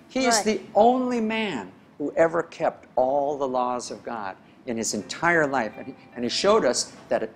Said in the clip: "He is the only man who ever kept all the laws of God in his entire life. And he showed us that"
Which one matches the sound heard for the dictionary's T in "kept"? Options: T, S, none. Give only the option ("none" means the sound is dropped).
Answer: T